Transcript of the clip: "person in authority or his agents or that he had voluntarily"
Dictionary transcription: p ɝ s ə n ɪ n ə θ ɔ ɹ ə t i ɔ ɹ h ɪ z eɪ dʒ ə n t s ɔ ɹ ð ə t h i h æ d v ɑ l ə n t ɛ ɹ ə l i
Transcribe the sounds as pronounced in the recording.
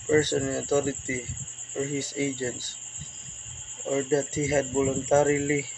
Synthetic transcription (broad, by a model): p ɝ s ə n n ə t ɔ ɹ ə t i ɔ ɹ h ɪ s eɪ dʒ ə n t s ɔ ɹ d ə t h i h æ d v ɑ l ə n t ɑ ɹ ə l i